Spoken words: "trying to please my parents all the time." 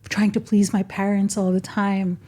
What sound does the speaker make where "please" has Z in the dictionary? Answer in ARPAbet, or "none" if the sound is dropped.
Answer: Z